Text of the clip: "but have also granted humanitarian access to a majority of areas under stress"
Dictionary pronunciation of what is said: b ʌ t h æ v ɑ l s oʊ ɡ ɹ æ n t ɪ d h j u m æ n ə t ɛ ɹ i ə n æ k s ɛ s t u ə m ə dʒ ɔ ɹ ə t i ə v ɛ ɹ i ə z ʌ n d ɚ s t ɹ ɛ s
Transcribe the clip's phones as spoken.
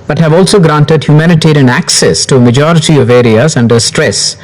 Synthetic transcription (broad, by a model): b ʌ t h æ v ɑ l s oʊ ɡ ɹ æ n t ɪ d h j u m æ n ə t ɛ ɹ i ə n æ k s ɛ s t u ə m ə dʒ ɔ ɹ ə t i ə v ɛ ɹ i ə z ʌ n d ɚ s t ɹ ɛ s